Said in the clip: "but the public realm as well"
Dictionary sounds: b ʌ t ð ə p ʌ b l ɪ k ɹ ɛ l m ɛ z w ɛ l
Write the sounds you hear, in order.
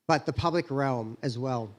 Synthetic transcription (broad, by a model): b ʌ t ð ə p ʌ b l ɪ k ɹ ɛ l m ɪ z w ɛ l